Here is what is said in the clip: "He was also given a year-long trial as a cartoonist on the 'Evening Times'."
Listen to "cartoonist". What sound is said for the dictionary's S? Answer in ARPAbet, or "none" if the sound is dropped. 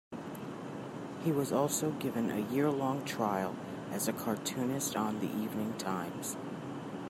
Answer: S